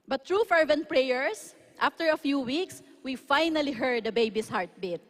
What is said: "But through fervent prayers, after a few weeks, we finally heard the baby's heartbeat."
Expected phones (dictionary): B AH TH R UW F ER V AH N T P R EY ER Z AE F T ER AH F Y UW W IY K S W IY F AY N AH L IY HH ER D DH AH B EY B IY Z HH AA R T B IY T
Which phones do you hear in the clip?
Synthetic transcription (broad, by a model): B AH T R UW F ER V AH N T P R EY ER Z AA F T ER AH F Y UW W IY K S W IY F AY N AH L IY HH ER D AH B EY B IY S HH AA R T B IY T